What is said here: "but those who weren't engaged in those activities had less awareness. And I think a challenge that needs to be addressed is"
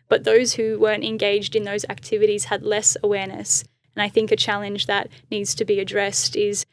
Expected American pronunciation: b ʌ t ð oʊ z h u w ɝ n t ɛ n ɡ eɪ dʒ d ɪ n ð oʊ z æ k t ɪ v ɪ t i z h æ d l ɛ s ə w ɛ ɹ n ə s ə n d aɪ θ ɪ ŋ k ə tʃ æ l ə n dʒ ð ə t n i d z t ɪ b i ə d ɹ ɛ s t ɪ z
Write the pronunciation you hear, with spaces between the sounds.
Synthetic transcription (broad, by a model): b ʌ t ð oʊ z h u w ɝ n t ɛ n ɡ eɪ dʒ d ɪ n ð oʊ z æ k t ɪ v ɪ t i z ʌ d l ɛ s ə w ɛ ɹ n ə s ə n aɪ θ ɪ ŋ k ə tʃ æ l ə n dʒ ð ə t n i d z t ɪ b i ə d ɹ ɛ s t ɪ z